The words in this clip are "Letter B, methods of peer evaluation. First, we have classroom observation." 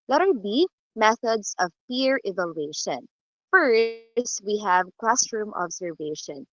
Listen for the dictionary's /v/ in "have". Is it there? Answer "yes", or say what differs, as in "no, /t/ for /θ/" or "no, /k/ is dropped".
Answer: yes